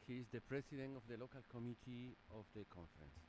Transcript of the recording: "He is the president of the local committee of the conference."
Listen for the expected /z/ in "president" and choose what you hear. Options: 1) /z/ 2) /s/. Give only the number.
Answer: 2